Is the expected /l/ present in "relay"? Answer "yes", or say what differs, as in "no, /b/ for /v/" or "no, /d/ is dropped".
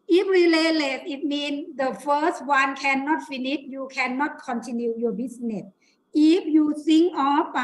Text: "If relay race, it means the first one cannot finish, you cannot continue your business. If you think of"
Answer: yes